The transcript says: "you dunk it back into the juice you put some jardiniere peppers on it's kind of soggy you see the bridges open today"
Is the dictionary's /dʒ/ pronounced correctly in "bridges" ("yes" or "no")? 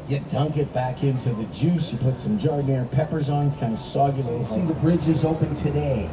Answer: yes